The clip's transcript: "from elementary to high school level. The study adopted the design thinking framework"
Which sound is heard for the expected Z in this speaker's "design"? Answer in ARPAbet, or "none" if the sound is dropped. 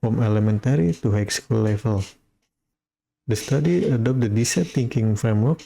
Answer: S